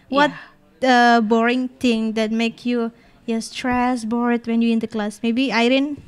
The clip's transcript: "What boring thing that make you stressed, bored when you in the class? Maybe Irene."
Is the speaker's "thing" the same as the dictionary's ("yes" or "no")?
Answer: no